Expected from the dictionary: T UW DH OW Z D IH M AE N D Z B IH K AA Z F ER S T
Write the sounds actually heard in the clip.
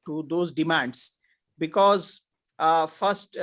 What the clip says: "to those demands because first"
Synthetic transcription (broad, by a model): T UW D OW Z D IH M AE N D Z B IH K AA Z F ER S T